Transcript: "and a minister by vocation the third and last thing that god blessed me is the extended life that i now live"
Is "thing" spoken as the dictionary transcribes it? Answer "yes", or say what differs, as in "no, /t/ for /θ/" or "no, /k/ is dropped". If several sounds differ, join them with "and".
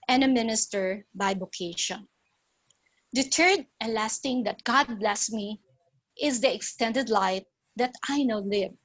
no, /t/ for /θ/